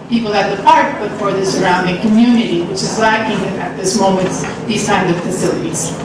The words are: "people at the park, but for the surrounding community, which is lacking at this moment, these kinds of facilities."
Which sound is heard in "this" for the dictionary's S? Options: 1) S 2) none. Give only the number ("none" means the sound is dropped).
1